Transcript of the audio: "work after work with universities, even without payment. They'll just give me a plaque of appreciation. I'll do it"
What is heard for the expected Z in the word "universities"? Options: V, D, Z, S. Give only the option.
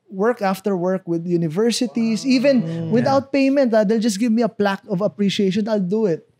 S